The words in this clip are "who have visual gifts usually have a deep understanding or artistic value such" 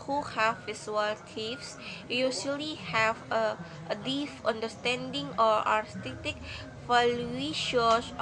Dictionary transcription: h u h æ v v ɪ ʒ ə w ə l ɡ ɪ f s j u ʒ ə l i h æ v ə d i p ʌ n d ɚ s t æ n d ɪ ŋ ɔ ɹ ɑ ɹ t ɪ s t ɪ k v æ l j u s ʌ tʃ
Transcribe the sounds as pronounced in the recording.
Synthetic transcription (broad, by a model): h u h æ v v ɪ s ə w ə l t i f s j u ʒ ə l i h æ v ə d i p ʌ n d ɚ s t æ n d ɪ ŋ ɔ ɹ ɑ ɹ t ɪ t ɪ k f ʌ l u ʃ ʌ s